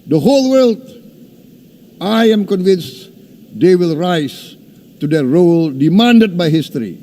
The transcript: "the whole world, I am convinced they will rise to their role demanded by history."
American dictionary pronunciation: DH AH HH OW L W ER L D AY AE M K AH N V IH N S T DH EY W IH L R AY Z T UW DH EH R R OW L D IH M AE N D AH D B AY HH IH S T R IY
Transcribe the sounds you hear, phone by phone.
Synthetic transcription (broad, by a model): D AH HH OW L W ER L D AY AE M K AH N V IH N S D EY W IH L R AY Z T UW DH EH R R OW L D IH M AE N D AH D B AY HH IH S T R IY